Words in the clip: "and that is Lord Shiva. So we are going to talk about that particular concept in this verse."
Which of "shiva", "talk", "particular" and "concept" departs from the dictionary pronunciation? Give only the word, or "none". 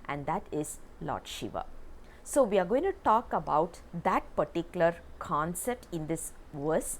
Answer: none